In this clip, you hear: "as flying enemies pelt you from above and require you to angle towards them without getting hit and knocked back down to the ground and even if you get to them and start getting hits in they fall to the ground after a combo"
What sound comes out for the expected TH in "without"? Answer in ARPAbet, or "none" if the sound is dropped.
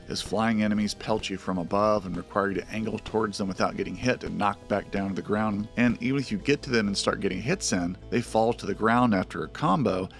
TH